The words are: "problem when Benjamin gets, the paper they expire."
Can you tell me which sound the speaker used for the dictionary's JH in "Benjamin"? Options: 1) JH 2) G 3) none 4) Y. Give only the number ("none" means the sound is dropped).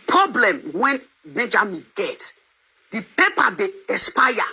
1